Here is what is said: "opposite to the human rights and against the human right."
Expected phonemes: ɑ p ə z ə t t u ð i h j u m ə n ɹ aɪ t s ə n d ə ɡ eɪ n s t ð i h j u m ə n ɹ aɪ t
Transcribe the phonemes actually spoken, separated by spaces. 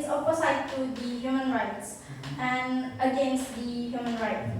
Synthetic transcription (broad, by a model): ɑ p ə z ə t t u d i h j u m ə n ɹ aɪ t s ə n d ə ɡ eɪ n s t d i h j u m ə n ɹ aɪ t